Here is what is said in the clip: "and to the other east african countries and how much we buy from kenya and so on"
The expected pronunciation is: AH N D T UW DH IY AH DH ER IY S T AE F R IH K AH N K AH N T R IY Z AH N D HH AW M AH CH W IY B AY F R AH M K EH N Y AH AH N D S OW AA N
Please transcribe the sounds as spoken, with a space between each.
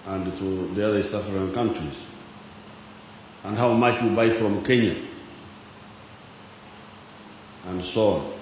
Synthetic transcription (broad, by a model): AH N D T UW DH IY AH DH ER S AA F R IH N K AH N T R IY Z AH N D HH AW M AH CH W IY B AY F R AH M K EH N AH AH N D S OW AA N